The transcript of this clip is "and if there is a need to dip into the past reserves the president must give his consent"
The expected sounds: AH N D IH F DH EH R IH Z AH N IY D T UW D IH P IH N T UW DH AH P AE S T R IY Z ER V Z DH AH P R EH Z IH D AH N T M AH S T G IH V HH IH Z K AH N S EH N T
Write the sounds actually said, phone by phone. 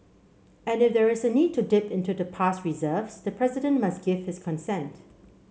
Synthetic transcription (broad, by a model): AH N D IH F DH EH R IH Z AH N IY D T UW D IH P IH N T UW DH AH P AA S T R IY Z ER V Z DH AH P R EH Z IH D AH N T M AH S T G IH V HH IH S K AH N S EH N T